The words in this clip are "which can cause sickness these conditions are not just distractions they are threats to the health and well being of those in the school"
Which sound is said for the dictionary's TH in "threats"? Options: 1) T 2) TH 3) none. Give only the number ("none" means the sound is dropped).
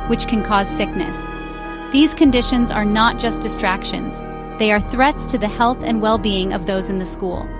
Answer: 2